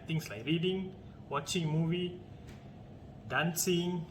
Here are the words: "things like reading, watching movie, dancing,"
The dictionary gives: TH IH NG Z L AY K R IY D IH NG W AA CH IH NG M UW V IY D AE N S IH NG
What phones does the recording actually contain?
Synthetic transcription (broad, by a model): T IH NG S L AY K R IY D IH NG W AA CH IH NG M UW V IY D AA N S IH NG